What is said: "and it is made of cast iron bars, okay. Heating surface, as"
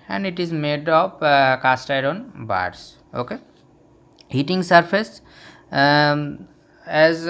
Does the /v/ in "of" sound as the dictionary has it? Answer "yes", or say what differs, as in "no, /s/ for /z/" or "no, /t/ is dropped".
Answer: no, /p/ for /v/